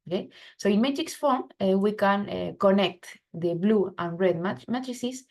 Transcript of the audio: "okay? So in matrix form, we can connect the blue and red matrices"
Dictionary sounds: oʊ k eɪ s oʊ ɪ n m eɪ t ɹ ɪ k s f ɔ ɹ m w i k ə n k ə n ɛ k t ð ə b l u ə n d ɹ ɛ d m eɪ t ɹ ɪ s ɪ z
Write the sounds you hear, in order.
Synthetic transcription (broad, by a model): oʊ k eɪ s oʊ ɪ n m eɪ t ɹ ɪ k s f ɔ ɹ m w i k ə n k ə n ɛ k t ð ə b l u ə n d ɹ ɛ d m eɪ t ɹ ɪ s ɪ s